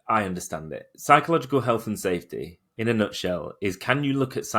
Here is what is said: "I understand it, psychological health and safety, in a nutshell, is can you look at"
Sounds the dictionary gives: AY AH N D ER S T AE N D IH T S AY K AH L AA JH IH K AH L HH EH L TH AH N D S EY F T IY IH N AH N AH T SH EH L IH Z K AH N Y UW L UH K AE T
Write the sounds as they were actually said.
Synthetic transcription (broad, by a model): AY AH N D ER S T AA N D IH T S AY K AH L AA JH IH K AH L HH EH L TH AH N S EY F T IY IH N AH N AH T SH EH L IH Z K AH N Y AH L UH K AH T